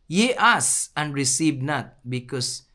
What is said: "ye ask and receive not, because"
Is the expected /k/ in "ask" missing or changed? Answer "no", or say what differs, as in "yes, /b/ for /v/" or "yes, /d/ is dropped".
yes, /k/ is dropped